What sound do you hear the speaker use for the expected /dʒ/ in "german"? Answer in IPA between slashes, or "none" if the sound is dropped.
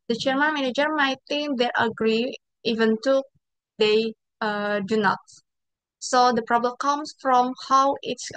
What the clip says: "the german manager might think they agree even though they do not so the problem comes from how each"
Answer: /tʃ/